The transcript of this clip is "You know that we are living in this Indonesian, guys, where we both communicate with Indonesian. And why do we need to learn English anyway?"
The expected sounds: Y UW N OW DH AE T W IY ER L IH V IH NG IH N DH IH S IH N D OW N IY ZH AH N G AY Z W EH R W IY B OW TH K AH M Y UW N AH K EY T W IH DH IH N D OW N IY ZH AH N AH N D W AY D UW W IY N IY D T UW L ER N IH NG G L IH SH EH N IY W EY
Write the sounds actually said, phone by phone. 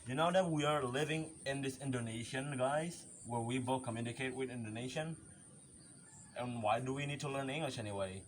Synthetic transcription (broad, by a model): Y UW N OW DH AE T W IY ER L IH V IH NG IH N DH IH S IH N D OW N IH SH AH N G AY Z W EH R W IY B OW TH K AH M Y UW N AH K EY T W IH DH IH N D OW N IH SH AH N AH N W AY D UW W IY N IY D T UW L ER N IH NG G L IH SH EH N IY W EY